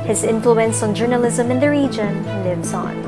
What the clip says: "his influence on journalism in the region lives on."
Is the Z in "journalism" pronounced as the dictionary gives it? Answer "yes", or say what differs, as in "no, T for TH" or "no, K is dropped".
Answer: yes